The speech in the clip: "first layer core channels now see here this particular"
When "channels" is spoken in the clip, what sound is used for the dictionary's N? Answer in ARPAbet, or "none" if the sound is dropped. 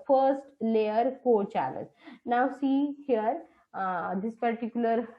L